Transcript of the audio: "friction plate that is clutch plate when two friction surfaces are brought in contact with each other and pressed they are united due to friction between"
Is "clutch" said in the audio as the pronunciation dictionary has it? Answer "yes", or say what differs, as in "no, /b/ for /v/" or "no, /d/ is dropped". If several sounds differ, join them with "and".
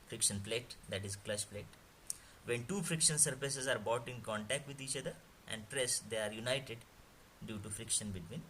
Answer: no, /ʃ/ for /tʃ/